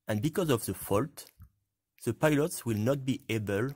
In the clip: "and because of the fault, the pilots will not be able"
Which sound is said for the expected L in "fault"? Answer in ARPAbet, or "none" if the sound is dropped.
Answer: L